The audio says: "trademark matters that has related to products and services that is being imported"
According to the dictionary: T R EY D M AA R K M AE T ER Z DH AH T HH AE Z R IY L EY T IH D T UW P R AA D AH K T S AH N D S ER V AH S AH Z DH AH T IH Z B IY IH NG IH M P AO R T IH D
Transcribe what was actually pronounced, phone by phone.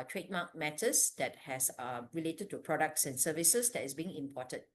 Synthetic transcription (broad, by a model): T R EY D M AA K M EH T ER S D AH T HH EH S R IY L EY T IH D T UW P R AA D AH K T S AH N S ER V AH S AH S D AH T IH S B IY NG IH M P AO T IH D